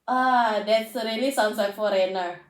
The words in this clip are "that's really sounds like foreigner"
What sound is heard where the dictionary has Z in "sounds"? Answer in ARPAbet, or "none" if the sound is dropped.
S